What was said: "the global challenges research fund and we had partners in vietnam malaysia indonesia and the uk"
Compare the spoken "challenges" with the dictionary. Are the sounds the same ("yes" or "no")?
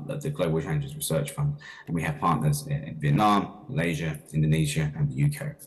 no